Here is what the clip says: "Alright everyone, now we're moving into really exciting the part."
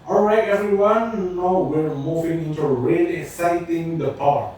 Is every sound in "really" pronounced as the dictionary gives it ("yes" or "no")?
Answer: no